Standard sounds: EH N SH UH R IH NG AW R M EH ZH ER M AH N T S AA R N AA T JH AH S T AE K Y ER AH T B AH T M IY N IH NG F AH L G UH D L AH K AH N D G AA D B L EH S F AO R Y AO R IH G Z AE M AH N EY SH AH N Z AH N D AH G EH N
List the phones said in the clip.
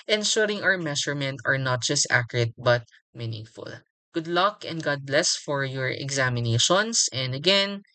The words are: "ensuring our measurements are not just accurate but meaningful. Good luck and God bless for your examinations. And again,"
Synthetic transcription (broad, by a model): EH N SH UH R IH NG AW R M EH SH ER M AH N T AA R N AA T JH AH S T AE K Y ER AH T B AH T M IY N IH NG F AH L G UH D L AH K AH N D G AA D B L EH S F AO R Y AO R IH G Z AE M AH N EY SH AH N S AH N D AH G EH N